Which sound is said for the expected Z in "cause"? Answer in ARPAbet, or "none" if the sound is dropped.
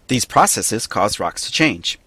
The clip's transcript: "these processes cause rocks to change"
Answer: Z